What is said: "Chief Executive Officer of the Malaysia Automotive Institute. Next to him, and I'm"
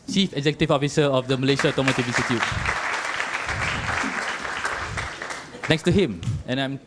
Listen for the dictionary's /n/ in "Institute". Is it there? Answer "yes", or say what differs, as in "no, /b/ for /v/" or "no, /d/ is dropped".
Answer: no, /n/ is dropped